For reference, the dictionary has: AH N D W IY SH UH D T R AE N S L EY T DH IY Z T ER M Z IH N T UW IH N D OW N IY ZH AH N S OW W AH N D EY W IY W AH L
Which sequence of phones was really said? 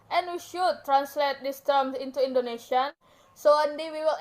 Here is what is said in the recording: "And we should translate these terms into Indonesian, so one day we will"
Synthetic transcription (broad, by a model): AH N W IY SH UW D T R AE N S L EY T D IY S T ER M S IH N T UW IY N D OW N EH SH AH N S OW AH N D EY W IY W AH L